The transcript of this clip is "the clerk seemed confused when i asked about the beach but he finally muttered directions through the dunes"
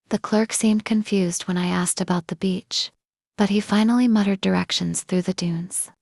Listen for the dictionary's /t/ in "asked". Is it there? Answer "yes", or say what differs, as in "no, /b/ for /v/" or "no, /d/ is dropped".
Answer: yes